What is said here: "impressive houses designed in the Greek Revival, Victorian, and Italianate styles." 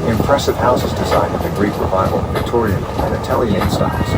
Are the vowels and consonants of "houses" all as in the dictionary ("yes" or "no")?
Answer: yes